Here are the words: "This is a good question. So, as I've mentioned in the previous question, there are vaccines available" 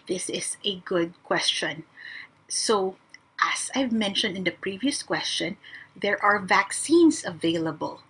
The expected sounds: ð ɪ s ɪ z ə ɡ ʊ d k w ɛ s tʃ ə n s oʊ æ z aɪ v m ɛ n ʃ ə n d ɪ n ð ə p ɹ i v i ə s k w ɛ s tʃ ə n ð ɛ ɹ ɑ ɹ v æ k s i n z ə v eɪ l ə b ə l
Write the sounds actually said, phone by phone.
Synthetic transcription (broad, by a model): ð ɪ s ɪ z ə ɡ ʊ d k w ɛ s tʃ ə n s oʊ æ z aɪ v m ɛ n ʃ ə n d ɪ n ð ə p ɹ i v i ə s k w ɛ s tʃ ə n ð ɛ ɹ ɑ ɹ v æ k s i n s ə v eɪ l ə b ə l